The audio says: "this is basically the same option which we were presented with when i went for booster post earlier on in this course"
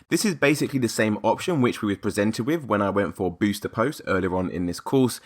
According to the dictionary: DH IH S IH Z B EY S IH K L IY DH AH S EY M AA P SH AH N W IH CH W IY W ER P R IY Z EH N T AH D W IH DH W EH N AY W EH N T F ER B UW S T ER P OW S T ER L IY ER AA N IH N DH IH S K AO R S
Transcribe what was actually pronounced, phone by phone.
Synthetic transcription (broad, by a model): DH IH S IH Z B EY S IH K L IY DH AH S EY M AA P SH AH N W IH CH W IY W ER P R IY Z EH N T AH D W IH DH W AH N AY W EH N T F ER B UW S T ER P OW S T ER L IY ER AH N IH N DH IH S K AO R S